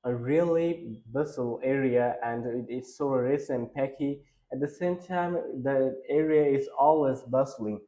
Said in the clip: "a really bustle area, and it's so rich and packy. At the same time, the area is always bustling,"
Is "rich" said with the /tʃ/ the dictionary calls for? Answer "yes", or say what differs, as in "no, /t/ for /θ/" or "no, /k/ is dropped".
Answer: no, /s/ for /tʃ/